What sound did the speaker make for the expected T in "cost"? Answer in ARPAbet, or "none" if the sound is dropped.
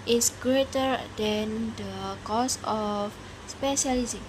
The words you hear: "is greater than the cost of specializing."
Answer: none